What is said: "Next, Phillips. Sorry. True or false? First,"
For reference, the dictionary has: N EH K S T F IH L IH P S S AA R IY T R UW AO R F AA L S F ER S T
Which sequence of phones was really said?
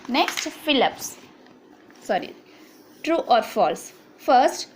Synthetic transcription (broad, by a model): N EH K S T F IH L IH P S S AA R IY T R UW AO R F AA L S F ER S T